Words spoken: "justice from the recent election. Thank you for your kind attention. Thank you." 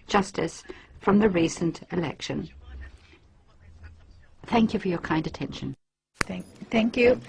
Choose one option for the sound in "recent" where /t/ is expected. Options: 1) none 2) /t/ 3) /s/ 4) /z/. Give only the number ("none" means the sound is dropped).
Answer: 2